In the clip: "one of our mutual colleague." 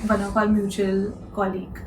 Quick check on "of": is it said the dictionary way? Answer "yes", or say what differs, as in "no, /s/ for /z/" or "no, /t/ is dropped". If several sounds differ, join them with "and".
no, /p/ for /v/